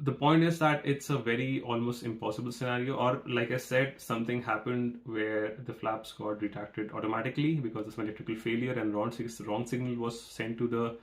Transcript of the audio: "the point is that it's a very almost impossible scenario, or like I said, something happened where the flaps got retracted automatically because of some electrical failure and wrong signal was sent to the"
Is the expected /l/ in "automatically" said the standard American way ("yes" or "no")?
yes